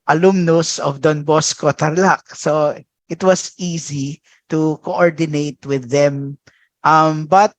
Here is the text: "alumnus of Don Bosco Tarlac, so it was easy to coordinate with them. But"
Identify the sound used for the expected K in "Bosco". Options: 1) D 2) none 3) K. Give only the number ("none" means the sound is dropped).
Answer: 3